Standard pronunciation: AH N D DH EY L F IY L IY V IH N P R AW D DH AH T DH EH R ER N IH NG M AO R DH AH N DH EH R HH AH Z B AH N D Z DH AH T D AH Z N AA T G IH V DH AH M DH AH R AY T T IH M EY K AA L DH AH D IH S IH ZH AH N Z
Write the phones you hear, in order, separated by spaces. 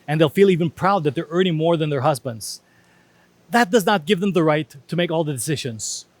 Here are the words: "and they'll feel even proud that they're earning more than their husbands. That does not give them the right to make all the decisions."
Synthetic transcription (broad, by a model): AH N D DH EY L F IY L IY V IH N P R AW D DH AH T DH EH R ER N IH NG M AO R DH AH N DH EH R HH AH Z B AH N D Z DH AH T D AH Z N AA T G IH V DH AH M DH AH R AY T T IH M EY K AA L DH AH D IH S IH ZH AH N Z